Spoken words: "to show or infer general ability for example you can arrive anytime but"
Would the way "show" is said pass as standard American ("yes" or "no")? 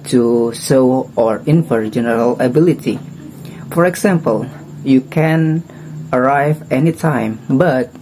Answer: no